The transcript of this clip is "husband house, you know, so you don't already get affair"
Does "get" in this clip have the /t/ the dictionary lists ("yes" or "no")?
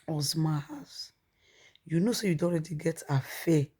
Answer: yes